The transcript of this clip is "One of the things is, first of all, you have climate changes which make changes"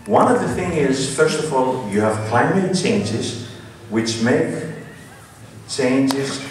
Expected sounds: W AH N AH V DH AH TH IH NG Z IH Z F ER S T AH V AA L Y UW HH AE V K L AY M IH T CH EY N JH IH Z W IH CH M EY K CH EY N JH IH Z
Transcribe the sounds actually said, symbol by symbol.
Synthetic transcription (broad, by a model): W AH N AH V DH AH TH IH NG IH Z F ER S T AH V AA L Y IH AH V K L AY M IH T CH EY N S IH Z W IH CH M EY K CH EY N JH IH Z